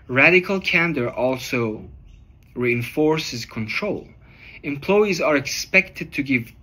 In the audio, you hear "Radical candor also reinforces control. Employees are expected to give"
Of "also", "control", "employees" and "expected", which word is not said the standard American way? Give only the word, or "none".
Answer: none